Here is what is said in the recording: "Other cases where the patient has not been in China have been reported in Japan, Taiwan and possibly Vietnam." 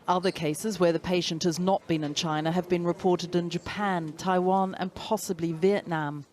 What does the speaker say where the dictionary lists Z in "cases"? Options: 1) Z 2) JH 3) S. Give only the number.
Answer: 1